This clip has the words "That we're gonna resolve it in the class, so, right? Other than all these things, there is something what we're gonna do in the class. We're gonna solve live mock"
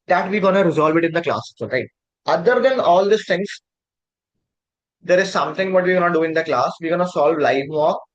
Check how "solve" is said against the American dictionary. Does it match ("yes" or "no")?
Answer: yes